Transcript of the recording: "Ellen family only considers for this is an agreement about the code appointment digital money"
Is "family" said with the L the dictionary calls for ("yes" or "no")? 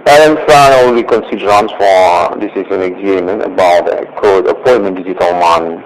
no